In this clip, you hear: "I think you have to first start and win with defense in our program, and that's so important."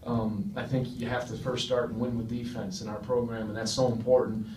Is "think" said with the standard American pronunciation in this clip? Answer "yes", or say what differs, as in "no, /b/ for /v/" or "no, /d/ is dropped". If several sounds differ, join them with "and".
yes